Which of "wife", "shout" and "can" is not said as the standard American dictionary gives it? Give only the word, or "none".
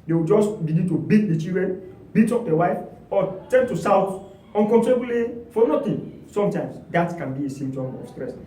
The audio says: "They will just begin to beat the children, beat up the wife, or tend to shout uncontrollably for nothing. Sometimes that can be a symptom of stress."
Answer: shout